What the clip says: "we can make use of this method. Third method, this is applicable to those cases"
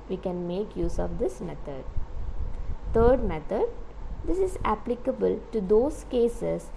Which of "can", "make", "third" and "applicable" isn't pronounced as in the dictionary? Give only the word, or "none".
third